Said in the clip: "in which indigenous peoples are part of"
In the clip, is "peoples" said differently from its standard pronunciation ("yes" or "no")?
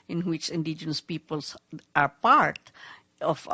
yes